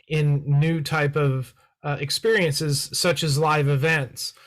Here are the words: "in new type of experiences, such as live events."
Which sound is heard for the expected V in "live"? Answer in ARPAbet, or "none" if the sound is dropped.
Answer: V